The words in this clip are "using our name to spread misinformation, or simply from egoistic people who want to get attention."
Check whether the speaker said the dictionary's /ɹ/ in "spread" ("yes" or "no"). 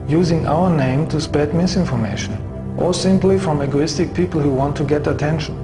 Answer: no